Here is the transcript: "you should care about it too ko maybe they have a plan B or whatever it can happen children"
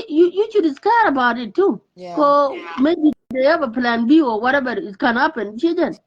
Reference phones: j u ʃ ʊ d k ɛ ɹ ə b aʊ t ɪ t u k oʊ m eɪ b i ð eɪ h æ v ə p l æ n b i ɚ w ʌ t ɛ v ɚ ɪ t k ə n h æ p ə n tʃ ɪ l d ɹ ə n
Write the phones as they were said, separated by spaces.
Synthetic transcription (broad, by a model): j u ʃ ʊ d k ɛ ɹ ə b aʊ t ɪ t u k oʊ m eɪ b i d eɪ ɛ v ə p l æ n b i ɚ w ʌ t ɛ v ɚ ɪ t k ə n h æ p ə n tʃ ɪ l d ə n